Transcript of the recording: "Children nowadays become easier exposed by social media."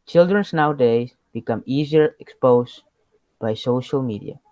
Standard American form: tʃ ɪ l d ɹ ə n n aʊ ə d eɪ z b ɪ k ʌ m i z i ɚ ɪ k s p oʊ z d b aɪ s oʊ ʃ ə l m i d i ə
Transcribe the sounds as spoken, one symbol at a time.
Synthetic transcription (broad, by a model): tʃ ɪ l d ɹ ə n n aʊ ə d eɪ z b ɪ k ʌ m i z i ɚ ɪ k s p oʊ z b aɪ s oʊ ʃ ə l m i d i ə